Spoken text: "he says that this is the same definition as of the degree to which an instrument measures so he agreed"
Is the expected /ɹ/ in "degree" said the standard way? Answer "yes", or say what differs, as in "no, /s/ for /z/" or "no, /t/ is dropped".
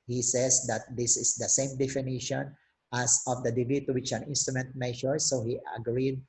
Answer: no, /ɹ/ is dropped